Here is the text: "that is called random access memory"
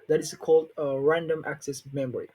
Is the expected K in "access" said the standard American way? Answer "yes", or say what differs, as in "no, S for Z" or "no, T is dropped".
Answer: yes